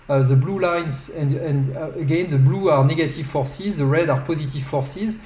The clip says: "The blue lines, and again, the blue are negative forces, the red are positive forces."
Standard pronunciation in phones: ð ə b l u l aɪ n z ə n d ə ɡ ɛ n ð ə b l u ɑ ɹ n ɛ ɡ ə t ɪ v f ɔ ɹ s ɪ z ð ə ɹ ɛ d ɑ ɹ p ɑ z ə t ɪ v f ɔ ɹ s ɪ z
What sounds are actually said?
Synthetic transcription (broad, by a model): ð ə b l u l aɪ n z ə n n ə ɡ ɛ n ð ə b l u ɑ ɹ n ɛ ɡ ə t ɪ v f ɔ ɹ s ɪ z ð ə ɹ ɛ d ɑ ɹ p ɑ z ə t ɪ v f ɔ ɹ s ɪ z